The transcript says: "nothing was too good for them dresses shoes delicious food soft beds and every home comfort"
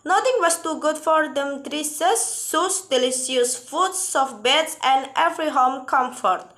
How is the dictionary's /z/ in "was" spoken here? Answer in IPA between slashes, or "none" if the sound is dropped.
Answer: /s/